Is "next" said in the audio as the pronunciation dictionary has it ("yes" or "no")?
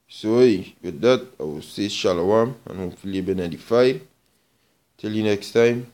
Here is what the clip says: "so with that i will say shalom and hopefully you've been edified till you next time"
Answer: yes